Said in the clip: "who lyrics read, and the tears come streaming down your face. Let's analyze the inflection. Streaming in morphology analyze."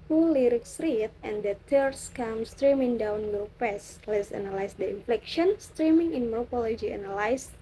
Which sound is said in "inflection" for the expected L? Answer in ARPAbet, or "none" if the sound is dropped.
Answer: L